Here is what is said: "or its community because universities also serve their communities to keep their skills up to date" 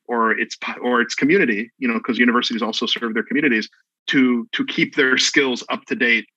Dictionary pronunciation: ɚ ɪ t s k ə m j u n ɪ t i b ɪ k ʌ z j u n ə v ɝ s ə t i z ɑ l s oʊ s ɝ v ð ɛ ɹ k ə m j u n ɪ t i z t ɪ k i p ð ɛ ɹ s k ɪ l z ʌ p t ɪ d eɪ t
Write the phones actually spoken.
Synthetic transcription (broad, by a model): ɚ ɪ t s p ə m j u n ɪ t i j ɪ k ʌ z j u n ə v ɝ s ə t i z ɑ l s oʊ s ɝ v ð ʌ ɹ k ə m j u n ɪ t i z t ɪ k i p ð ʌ ɹ s k ɪ l z ʌ p t ɪ d eɪ t